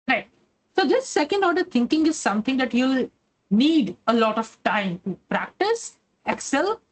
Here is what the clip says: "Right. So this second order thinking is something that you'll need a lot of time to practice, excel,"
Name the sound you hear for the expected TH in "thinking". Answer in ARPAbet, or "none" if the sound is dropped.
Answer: T